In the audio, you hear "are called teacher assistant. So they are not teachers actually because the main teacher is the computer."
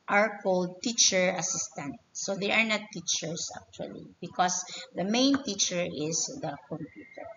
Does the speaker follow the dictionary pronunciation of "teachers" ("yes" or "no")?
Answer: no